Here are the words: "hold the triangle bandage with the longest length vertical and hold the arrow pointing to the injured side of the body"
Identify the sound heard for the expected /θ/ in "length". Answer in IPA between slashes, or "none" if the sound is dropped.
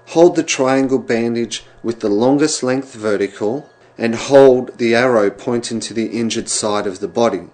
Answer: /θ/